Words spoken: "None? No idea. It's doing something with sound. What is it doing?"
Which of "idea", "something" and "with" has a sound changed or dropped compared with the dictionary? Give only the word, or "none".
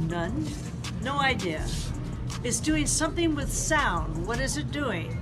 none